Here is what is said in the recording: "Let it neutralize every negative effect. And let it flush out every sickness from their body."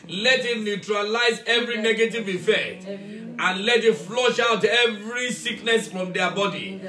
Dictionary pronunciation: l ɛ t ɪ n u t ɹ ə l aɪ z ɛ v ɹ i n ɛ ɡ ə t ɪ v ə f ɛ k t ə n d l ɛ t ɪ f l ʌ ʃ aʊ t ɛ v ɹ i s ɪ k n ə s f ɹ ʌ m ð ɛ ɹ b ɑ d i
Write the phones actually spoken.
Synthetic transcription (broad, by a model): l ɛ t ɪ n u t ɹ ə l aɪ z ɛ v ɹ i n ɛ ɡ ə t ɪ v ə f ɛ k t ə n l ɛ t ɪ f l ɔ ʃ aʊ t ɛ v ɹ i s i k n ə s f ɹ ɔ m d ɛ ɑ b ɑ d i